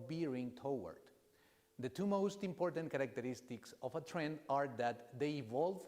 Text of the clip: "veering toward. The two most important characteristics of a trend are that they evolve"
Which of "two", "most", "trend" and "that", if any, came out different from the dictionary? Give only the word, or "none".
none